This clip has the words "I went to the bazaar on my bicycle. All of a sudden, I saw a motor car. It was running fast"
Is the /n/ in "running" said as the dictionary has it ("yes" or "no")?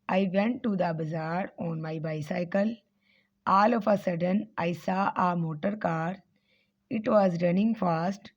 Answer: yes